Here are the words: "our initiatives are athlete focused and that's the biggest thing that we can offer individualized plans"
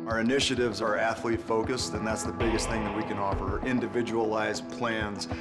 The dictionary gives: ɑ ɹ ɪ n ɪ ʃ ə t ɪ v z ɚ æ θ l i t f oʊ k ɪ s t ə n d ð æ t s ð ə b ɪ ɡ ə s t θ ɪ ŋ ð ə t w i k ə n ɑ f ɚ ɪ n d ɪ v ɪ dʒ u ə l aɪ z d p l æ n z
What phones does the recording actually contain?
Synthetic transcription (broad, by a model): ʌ ɹ ɪ n ɪ ʃ ə t ɪ v z ɚ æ θ l i f oʊ k ɪ s t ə n ð æ t s ð ə b ɪ ɡ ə s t θ ɪ ŋ ð ə t w i k ə n ɑ f ɚ ɪ n d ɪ v ɪ dʒ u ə l aɪ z p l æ n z